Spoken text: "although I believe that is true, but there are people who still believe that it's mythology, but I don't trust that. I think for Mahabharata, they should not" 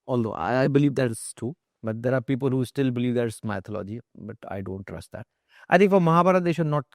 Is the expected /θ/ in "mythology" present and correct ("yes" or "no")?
no